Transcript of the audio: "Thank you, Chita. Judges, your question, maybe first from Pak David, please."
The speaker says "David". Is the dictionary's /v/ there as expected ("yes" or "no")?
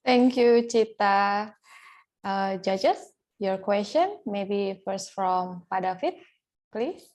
no